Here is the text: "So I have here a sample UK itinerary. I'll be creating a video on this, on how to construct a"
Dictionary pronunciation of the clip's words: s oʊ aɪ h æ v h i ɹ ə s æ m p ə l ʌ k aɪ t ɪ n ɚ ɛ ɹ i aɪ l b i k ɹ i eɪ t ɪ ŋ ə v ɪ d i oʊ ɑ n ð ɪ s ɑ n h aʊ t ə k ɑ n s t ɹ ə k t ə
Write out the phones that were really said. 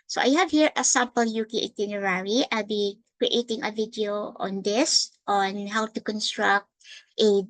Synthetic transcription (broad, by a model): s oʊ aɪ h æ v h i ɹ ə s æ m p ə l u k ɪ t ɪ n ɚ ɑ ɹ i aɪ l b i k ɹ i eɪ t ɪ ŋ ə v ɪ d i oʊ ɑ n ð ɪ s ɑ n h aʊ t ə k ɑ n s t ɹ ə k t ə